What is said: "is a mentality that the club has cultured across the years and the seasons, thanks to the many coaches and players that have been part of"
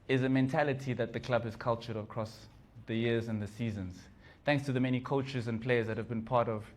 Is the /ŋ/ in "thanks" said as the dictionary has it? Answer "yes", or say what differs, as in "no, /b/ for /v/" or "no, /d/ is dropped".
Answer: yes